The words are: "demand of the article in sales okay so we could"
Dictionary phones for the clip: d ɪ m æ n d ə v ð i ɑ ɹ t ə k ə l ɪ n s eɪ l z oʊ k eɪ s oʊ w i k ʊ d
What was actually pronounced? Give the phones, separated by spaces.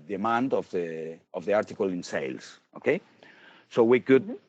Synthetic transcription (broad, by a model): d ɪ m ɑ n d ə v ð i ɑ ɹ t ə k ə l ɪ n s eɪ l s oʊ k eɪ s oʊ w i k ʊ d